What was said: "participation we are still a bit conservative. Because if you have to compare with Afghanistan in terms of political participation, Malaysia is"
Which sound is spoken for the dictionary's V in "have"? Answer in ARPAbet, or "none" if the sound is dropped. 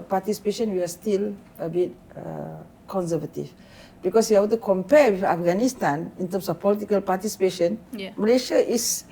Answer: B